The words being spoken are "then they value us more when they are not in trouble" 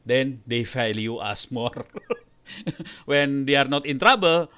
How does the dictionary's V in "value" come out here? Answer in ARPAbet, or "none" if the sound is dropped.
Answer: F